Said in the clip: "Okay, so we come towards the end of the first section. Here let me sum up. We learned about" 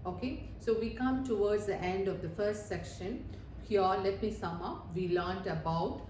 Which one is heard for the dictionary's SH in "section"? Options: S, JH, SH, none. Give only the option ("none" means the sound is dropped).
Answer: SH